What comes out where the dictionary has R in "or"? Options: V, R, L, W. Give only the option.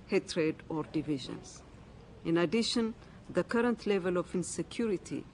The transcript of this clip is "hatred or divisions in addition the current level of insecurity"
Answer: R